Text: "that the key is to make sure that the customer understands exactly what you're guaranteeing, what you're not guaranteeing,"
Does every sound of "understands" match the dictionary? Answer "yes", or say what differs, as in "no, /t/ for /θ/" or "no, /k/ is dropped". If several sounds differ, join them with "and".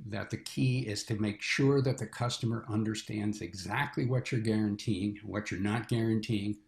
yes